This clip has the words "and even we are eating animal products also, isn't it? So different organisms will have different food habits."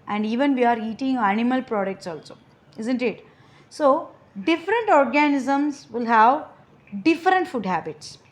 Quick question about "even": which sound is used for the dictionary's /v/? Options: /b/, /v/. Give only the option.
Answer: /v/